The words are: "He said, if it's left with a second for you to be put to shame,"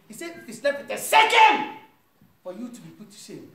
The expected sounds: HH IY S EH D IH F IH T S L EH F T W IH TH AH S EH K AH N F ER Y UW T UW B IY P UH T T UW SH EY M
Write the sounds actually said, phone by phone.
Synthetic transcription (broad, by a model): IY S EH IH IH S L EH P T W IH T AH S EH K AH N F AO Y UW T UW B IY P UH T T UW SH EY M